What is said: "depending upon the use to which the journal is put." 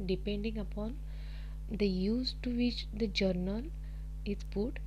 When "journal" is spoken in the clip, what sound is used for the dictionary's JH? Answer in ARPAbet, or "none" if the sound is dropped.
JH